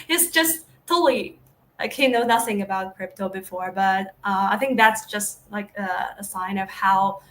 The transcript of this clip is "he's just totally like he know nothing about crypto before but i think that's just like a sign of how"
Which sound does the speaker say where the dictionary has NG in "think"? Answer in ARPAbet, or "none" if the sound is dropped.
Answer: NG